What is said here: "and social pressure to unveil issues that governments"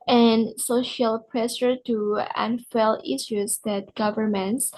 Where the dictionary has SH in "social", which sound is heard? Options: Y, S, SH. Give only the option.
SH